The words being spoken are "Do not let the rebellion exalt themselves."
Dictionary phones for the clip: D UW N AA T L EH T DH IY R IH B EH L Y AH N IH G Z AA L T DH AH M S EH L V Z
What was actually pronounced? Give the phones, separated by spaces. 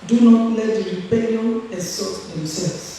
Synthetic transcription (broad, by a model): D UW N AA T L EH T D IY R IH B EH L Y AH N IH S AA T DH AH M S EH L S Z